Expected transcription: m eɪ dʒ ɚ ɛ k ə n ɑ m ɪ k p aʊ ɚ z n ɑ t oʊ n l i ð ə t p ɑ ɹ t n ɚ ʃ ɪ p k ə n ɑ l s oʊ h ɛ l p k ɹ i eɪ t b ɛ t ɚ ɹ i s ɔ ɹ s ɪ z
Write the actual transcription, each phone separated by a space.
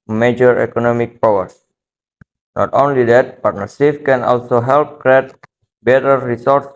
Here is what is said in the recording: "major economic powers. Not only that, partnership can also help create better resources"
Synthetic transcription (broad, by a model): m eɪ dʒ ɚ ɛ k ə n ɑ m ɪ k p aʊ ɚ s n ɑ t oʊ n l i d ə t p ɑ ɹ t n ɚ s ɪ f k ə n ɑ l s oʊ h ɛ l p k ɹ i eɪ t b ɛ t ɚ ɹ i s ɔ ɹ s